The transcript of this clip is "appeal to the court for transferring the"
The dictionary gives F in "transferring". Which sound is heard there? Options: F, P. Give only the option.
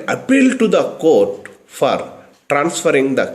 F